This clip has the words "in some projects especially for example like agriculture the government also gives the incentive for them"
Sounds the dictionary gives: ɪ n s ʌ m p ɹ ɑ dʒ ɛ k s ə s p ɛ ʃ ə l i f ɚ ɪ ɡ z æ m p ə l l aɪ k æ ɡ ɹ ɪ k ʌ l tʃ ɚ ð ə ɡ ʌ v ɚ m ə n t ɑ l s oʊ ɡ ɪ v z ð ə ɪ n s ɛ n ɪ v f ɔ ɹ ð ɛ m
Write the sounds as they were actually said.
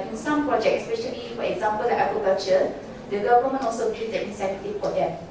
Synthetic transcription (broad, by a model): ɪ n s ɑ m p ɹ ɑ dʒ ɛ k ə s p ɛ ʃ ə l i f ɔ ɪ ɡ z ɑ m p ə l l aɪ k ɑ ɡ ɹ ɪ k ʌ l tʃ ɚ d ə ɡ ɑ v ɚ m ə n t ɑ l s oʊ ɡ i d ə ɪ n s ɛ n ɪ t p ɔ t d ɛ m